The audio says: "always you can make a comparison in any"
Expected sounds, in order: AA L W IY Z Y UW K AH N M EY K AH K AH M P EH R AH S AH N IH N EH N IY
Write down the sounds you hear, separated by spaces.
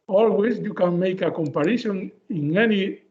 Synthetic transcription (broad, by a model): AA L W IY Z Y UW K AH N M EY K AH K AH M P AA R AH SH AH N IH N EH N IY